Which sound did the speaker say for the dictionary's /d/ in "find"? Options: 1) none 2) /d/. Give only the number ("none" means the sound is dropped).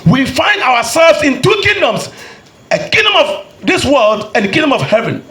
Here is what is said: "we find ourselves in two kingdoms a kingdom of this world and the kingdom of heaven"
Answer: 2